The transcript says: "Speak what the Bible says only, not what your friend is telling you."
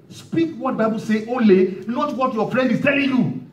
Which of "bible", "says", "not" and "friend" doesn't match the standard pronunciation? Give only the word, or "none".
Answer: says